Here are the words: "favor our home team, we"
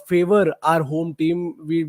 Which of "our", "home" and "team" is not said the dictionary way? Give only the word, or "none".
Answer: none